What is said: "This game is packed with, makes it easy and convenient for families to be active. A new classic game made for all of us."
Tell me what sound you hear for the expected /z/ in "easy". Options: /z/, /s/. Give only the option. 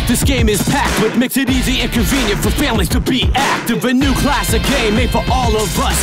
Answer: /z/